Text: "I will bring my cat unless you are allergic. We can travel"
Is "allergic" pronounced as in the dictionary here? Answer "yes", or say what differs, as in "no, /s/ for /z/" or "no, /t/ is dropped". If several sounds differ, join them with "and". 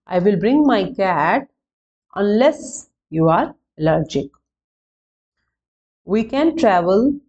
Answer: yes